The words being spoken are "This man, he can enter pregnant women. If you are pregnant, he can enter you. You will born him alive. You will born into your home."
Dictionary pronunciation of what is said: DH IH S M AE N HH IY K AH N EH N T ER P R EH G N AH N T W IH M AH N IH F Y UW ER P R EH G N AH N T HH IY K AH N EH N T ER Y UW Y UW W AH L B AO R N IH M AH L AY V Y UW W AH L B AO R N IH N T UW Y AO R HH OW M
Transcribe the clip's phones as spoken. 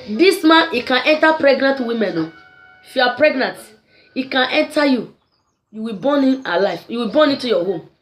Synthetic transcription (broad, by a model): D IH S M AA N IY K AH N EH N T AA P R EH G N AH N T W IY M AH N IH F Y UW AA P R EH G N AH N T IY K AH N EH N T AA Y UW Y UW W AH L B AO N IH M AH L AY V Y UW W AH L B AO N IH T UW Y AO HH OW M